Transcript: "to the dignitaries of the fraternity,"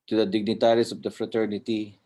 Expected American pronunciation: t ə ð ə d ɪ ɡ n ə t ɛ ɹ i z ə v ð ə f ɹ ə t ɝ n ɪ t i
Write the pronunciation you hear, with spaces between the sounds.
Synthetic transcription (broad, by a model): t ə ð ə d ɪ ɡ n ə t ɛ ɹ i s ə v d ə f ɹ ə t ɝ n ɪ t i